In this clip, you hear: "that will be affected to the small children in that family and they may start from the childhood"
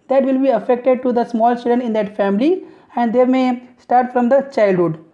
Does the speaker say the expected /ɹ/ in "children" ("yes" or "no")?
no